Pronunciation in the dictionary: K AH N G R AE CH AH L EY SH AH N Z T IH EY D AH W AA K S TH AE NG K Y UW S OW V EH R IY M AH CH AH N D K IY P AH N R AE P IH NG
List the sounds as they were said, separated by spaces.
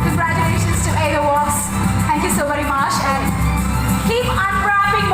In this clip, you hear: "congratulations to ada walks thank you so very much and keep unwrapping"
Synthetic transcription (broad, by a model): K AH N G R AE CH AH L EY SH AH N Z T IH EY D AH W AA S TH AE NG K Y UW S OW V EH R IY M AH CH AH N K IY P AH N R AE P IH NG